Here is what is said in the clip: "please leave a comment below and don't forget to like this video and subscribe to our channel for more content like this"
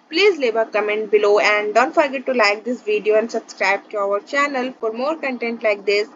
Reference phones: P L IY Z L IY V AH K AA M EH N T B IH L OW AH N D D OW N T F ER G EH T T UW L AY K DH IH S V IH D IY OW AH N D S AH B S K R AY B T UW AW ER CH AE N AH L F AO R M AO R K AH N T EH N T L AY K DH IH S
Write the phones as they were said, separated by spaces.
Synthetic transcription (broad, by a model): P L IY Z L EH B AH K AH M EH N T B IH L OW AH N D D OW N T F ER G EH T T UW L AY K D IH S V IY D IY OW AH N D S AH B S K R AY B T UW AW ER CH AE N AH L F AO R M AO R K AH N T EH N T L AY K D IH S